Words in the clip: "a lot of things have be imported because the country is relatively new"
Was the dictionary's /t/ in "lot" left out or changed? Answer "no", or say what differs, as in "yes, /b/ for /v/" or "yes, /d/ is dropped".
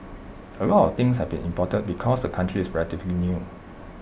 no